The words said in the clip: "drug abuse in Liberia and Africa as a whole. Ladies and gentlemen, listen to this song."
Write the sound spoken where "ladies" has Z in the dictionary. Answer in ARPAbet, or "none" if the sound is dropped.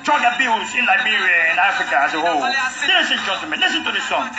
S